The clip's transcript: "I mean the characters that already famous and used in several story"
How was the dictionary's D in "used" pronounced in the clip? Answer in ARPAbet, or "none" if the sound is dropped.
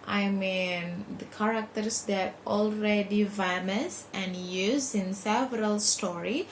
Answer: none